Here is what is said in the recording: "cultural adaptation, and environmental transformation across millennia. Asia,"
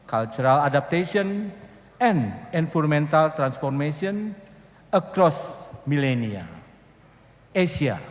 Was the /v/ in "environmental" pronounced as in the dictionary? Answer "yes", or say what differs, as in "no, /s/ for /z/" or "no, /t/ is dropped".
no, /f/ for /v/